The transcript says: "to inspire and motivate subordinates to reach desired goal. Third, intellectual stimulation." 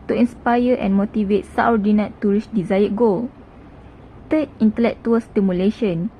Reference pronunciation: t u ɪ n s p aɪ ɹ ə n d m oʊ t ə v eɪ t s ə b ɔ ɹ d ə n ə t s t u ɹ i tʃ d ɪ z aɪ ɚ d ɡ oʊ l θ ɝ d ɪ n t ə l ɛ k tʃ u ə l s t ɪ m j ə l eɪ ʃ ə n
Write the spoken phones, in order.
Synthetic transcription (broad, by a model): t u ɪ n s p aɪ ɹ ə n m oʊ t ə v eɪ t s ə ɔ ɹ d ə n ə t t u ɹ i s d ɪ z aɪ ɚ ɡ oʊ l t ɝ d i n t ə l ɛ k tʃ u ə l s t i m j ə l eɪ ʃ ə n